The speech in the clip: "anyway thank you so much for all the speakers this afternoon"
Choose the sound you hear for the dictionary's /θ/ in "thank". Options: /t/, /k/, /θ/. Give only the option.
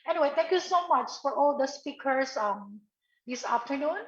/t/